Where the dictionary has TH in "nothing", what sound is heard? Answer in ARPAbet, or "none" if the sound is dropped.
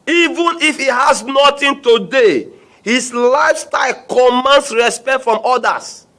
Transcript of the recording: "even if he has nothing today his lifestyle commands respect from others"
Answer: T